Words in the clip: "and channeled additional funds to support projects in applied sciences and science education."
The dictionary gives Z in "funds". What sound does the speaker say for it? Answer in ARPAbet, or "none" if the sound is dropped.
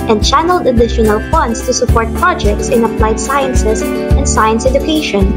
S